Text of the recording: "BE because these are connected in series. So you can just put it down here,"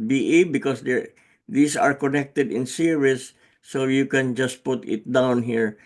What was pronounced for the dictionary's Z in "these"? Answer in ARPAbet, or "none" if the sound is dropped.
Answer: S